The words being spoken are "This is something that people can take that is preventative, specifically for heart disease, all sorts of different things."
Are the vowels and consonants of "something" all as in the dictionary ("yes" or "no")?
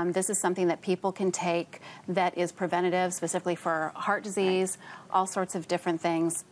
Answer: yes